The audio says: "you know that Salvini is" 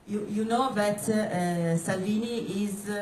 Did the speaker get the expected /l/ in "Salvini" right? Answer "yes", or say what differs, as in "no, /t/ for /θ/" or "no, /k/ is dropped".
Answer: yes